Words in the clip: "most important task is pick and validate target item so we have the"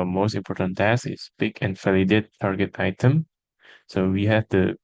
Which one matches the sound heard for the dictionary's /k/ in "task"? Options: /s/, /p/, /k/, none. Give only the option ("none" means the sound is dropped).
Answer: none